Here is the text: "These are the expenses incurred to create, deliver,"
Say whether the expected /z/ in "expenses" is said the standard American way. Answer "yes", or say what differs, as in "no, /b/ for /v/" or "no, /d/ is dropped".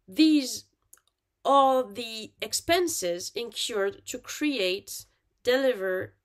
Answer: yes